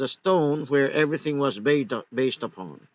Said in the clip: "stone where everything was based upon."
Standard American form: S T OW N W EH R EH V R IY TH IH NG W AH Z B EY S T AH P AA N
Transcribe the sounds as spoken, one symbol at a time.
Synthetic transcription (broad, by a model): S T OW N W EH R EH V R IY TH IH NG W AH Z B EY S T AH P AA N